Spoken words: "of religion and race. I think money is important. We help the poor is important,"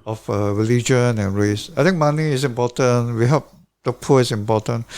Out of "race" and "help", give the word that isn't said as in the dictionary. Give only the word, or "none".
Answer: help